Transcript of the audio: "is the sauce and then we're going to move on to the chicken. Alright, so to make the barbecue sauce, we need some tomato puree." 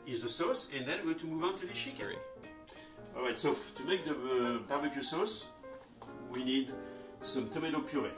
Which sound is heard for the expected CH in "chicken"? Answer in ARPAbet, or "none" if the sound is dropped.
SH